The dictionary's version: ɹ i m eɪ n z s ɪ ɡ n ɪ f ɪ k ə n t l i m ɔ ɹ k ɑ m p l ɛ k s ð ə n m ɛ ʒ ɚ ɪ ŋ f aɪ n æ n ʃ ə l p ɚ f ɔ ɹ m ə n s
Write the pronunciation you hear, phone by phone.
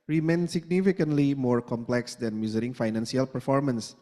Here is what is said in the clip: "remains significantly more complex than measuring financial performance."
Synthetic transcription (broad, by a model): ɹ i m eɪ n s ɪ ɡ n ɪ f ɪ k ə n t l i m ɔ ɹ k ɑ m p l ɛ k s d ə n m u z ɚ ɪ ŋ f aɪ n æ n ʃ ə l p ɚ f ɔ ɹ m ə n s